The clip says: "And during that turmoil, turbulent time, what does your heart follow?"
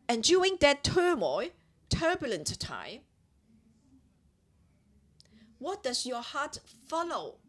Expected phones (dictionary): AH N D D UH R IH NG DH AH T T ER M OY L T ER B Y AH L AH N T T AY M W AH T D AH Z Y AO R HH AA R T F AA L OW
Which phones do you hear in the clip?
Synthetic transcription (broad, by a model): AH N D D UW IH NG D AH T T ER M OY T ER B Y AH L AH N T T AY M W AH T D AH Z Y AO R HH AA T F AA L OW